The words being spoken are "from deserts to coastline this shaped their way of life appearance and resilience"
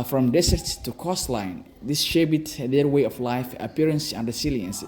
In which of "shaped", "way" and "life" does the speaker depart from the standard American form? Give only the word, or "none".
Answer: shaped